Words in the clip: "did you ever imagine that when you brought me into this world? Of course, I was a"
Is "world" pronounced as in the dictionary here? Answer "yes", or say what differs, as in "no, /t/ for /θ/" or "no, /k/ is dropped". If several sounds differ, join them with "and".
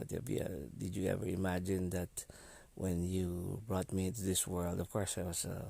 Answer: yes